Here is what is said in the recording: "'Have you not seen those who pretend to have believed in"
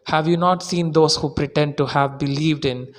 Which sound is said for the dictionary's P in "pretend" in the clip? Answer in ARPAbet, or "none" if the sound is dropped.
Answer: P